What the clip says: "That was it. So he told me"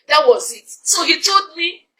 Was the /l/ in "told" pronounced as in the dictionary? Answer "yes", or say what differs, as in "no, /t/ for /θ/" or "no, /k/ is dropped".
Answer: no, /l/ is dropped